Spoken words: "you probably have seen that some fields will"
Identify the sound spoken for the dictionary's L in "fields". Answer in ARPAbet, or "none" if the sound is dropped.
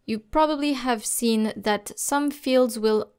L